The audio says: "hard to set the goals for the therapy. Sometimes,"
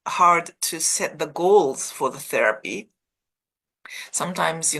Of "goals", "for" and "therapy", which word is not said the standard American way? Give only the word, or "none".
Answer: none